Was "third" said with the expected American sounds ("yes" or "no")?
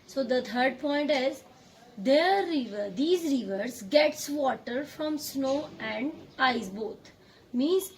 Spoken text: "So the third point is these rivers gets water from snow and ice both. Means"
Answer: no